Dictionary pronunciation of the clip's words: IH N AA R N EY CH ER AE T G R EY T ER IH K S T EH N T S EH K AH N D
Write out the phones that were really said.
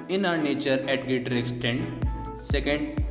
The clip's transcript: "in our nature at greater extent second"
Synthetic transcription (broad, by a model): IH N AA R N EY CH ER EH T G EY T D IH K S T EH N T S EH K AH N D